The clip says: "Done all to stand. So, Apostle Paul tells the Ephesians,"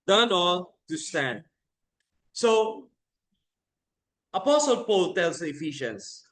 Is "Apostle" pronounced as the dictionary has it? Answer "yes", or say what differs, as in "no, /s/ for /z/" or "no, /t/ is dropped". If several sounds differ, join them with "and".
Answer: yes